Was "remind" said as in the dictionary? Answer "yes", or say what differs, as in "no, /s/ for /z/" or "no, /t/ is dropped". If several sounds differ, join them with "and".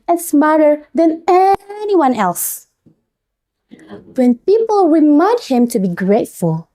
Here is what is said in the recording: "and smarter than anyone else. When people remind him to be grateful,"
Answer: no, /w/ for /ɹ/ and /n/ is dropped